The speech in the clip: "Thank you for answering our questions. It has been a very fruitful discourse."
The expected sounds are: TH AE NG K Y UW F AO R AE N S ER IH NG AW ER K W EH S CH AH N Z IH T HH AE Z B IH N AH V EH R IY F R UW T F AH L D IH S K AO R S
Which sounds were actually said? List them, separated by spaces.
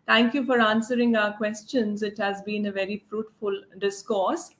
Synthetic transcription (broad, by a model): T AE NG K Y UW F AO R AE N S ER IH NG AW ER K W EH S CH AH N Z IH T HH AE Z B IH N AH V EH R IY F R UW T F AH L D IH S K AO R S